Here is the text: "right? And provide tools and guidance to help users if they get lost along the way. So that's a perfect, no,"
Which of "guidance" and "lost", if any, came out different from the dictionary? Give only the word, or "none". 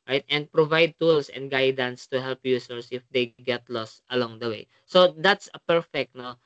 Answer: none